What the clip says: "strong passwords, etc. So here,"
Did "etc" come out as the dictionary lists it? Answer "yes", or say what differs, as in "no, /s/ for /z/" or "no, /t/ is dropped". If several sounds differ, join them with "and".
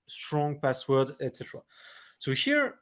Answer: yes